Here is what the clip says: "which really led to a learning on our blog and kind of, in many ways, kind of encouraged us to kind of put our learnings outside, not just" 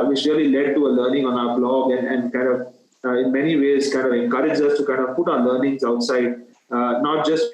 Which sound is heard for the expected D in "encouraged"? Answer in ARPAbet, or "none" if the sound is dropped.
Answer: none